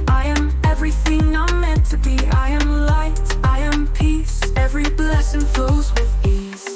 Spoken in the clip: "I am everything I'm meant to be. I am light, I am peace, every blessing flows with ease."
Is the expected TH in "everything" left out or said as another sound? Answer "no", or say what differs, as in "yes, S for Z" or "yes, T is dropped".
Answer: no